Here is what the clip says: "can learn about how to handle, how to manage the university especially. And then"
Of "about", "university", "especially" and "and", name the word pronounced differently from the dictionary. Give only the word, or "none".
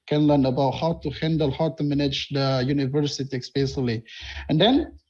especially